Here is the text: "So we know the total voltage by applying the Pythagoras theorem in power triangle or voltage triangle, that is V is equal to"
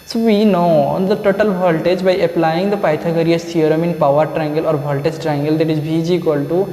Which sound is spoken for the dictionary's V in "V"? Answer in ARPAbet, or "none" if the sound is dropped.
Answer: B